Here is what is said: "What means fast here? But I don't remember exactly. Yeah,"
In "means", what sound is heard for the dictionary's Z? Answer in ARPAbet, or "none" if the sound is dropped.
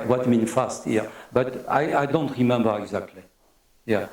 none